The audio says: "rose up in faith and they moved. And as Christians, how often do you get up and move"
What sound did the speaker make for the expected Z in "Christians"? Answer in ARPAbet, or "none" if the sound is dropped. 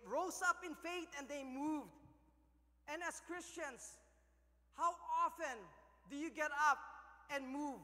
S